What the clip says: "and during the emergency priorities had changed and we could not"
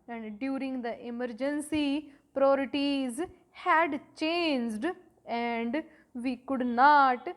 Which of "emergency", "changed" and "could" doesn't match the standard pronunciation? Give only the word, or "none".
none